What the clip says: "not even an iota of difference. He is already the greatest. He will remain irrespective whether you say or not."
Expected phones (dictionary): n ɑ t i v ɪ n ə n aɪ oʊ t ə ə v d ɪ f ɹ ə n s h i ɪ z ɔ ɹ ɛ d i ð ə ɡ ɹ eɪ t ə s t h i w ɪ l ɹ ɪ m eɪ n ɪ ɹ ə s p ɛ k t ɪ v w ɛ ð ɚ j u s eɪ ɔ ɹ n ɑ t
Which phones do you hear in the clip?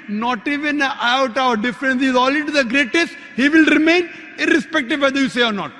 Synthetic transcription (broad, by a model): n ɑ t i v ɪ n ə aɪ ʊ t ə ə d d ɪ f ɹ ə n s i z ɔ l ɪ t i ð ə ɡ ɹ eɪ t ə s t h i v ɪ l ɹ ɪ m eɪ n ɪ ɹ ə s p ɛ k t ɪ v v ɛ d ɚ j u s eɪ ɔ ɹ n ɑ t